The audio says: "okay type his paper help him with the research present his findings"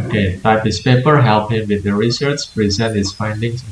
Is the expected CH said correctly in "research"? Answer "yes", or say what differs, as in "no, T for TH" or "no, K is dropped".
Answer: no, S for CH